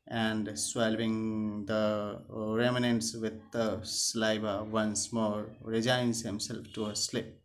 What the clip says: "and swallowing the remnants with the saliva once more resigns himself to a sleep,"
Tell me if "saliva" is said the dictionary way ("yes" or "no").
no